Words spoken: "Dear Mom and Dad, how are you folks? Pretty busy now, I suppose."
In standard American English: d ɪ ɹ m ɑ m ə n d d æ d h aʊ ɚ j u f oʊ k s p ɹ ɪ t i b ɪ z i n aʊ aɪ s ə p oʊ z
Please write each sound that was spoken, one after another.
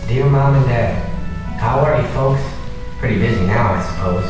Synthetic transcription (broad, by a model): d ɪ ɹ m ɑ m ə n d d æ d h aʊ ɚ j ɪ f oʊ k s p ɹ ɪ t i b ɪ z i n aʊ aɪ s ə p oʊ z